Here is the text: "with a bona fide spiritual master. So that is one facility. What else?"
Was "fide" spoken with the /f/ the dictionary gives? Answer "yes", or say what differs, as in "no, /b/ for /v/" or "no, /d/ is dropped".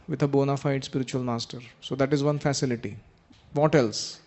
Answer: yes